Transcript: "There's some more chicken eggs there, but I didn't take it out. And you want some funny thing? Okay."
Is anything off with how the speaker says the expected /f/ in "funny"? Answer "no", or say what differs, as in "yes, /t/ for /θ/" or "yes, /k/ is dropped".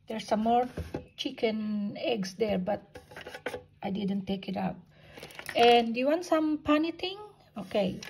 yes, /p/ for /f/